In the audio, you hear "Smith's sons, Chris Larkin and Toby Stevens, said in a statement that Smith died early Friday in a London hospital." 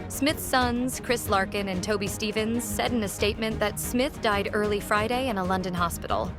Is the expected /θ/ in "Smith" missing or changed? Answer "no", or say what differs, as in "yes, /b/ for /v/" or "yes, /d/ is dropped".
no